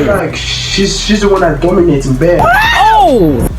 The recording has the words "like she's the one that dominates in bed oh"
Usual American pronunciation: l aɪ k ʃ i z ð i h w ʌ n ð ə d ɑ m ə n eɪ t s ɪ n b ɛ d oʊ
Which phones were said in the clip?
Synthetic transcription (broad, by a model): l aɪ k ʃ i z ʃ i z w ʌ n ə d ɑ m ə n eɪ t ɪ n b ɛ oʊ